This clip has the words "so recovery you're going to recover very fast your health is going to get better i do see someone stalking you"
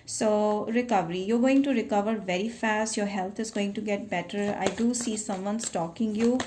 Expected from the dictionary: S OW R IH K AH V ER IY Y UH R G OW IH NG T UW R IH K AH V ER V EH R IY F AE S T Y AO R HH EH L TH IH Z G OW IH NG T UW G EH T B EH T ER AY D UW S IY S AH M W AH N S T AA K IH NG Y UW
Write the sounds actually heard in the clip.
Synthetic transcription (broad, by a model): S OW R IH K AH V ER IY Y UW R G OW IH NG T UW R IH K AH V ER V EH R IY F AE S T Y AO R HH EH L T IH Z G OW IH NG T UW G EH T B EH T ER AY D UW S IY S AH M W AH N S T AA K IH NG Y UW